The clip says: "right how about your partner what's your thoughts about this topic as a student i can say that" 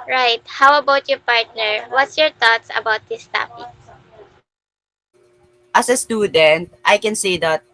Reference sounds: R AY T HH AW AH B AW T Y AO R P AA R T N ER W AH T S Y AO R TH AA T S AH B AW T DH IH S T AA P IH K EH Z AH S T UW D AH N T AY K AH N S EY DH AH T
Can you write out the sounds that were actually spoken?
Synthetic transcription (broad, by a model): R AY T HH AW AH B AW T Y AO R P AA R T N ER W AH T S Y AO R T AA T S AH B AW T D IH S T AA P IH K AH S AH S T UW D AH N T AY K AH N S EY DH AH T